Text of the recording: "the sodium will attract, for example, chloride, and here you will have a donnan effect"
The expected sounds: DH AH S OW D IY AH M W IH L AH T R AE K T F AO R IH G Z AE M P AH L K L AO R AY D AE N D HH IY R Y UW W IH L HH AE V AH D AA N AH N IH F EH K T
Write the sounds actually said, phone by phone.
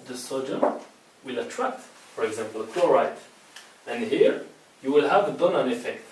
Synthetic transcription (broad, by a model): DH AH S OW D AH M W IH L AH T R AE K T F AO R IH G Z AE M P AH L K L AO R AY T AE N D HH IY R Y UW W IH L HH AE V AH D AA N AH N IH F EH K T